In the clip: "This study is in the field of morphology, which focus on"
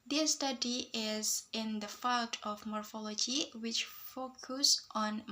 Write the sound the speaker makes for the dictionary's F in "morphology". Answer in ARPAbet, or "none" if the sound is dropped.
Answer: F